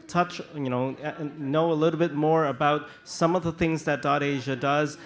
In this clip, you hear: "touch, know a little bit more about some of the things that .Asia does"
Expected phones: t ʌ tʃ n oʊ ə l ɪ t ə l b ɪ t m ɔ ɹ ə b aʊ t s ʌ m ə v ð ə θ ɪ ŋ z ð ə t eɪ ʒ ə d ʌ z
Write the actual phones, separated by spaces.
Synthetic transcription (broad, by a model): t ʌ tʃ n oʊ ə l ɪ t l b ɪ t m ɔ ɹ ə b aʊ t s ʌ m ə v ð ə θ ɪ ŋ z ð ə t eɪ ʒ ə d ʌ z